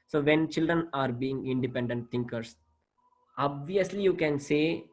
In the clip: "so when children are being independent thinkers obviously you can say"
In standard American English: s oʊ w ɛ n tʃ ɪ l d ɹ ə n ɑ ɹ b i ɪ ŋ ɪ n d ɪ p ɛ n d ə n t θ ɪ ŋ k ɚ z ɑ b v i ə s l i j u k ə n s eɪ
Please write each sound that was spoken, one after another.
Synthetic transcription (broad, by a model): s oʊ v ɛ n tʃ ɪ l d ɹ ə n ɑ ɹ b i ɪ ŋ ɪ n d ɪ p ɛ n d ə n t t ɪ ŋ k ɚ s ɑ b v i ə s l i j u k ə n s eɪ